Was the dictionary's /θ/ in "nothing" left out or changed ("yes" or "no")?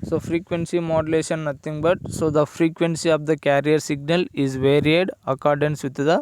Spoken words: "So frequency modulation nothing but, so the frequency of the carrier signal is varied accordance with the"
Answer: yes